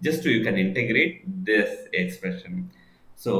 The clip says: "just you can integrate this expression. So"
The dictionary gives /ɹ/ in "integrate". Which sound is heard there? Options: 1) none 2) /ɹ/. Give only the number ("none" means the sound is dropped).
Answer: 2